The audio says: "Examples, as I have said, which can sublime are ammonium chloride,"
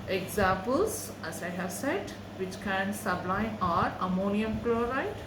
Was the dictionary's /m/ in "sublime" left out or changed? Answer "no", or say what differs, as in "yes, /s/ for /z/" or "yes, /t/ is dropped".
yes, /m/ is dropped